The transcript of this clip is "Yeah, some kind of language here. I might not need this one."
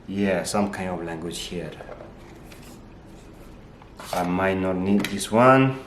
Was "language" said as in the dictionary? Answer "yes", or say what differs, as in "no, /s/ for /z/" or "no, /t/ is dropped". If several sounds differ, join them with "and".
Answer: yes